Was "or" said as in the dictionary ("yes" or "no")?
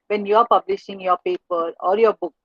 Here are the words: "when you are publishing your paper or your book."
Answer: no